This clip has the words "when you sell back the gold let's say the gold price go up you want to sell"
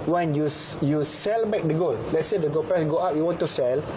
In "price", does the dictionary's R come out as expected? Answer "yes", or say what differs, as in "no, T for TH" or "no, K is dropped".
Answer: no, R is dropped